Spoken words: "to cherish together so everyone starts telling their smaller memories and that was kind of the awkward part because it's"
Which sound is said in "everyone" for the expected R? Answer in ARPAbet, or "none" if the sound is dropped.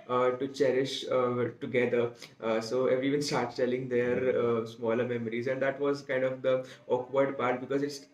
none